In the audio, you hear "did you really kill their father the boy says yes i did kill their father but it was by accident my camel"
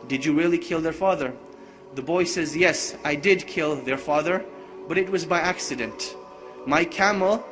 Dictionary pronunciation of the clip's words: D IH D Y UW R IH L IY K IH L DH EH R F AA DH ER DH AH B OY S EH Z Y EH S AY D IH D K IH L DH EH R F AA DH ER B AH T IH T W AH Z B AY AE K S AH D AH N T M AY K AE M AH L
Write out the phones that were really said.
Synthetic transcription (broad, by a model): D IH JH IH R IH L IY K IH L DH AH R F AA DH ER DH AH B OY S EH Z Y EH S AY D IH D K IH L DH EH R F AA DH ER B AH T IH T W AH Z B AY AE K S AH D AH N T M AY K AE M L